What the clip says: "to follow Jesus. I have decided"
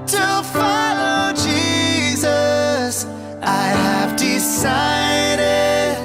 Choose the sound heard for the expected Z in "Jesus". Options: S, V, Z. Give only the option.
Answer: Z